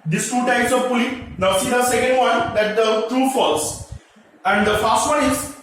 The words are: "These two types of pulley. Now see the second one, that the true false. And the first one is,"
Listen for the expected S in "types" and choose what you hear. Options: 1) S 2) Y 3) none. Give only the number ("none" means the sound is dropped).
1